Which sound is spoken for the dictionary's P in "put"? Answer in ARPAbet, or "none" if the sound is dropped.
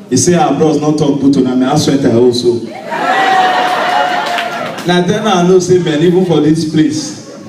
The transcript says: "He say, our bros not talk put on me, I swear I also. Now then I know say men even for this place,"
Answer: B